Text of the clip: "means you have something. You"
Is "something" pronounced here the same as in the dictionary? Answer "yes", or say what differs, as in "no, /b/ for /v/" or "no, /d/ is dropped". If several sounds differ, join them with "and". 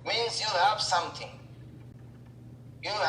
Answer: no, /t/ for /θ/